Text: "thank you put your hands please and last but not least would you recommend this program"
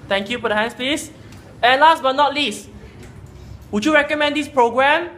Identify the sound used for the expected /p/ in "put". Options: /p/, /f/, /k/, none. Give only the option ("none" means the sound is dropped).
/f/